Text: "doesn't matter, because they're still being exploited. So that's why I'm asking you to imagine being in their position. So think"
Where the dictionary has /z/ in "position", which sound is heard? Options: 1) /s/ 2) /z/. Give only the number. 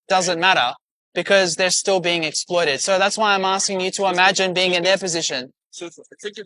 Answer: 2